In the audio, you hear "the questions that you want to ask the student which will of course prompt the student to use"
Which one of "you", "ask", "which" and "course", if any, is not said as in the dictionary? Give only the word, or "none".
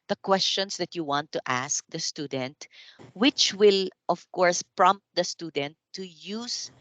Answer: none